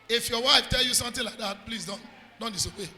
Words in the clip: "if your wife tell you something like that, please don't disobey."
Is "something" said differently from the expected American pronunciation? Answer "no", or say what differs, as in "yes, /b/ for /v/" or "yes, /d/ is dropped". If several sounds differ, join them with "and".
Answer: yes, /t/ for /θ/